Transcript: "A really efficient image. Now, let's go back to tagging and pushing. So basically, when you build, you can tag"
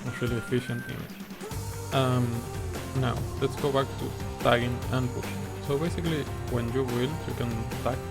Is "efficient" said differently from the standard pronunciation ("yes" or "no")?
no